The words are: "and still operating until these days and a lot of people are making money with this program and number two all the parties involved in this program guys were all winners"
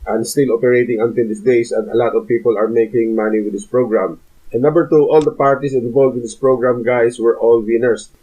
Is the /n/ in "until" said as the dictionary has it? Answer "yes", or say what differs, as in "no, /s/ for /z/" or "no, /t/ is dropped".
yes